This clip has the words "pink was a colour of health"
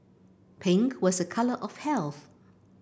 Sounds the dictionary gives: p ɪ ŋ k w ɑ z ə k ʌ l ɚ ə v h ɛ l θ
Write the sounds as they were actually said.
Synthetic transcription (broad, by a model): p ɪ ŋ k w ɑ z ə k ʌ l ɚ ə v h ɛ l θ